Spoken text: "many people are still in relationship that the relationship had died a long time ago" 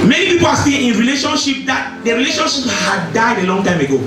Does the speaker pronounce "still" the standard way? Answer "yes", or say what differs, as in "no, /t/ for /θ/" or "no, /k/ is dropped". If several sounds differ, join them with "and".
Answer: no, /n/ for /l/